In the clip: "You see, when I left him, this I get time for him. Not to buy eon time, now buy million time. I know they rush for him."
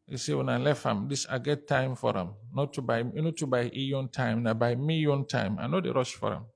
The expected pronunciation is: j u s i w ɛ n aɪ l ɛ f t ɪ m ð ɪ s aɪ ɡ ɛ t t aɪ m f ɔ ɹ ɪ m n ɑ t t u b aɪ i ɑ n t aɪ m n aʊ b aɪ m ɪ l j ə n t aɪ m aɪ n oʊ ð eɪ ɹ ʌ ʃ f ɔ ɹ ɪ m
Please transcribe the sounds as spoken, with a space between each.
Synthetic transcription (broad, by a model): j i s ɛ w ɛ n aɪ l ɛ f ɪ m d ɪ s aɪ ɡ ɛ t t aɪ m f ɔ ɹ ɪ m n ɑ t t u b aɪ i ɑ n t aɪ m n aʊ b aɪ m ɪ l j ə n t aɪ m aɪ n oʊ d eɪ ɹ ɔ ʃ f ɔ ɹ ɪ m